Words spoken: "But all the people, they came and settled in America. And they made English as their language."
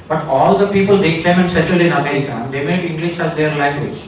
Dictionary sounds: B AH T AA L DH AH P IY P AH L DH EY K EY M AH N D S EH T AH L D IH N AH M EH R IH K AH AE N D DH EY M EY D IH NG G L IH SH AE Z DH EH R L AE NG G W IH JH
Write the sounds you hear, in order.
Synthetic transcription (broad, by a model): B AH T AA L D AH P IY P AH L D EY K EY M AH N S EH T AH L IH N AH M EH R IH K AH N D EY M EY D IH NG G L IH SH AE Z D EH R L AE NG G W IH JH